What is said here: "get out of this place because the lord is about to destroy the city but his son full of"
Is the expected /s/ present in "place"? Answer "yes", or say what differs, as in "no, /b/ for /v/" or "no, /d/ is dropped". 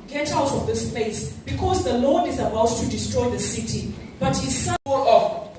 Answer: yes